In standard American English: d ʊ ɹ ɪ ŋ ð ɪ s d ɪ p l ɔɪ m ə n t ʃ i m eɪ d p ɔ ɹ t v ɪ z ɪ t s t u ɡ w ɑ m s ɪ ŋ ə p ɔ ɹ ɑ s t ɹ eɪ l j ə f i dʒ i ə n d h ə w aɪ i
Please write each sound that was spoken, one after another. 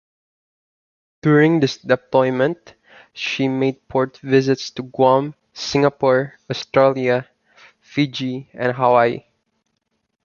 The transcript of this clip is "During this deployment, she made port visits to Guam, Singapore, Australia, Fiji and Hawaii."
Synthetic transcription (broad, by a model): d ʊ ɹ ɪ ŋ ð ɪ s d ɪ p l ɔɪ m ə n t ʃ i m eɪ d p ɔ ɹ t v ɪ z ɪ t s t u ɡ w ɑ m s ɪ ŋ ə p ɔ ɹ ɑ s t ɹ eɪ l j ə f i dʒ i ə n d h ə w aɪ i